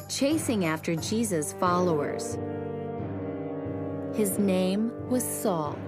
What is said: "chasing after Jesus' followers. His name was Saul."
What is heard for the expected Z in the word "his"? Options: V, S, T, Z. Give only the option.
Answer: Z